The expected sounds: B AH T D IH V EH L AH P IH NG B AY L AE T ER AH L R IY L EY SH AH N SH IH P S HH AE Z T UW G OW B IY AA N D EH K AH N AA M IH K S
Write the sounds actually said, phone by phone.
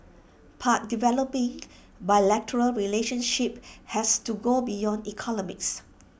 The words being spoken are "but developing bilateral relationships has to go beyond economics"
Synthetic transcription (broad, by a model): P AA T D IH V EH L AH P IH NG B AY L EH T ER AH L R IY L EY SH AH N SH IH P HH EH S T UW G OW B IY AA N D EH K AH N AA M IH K S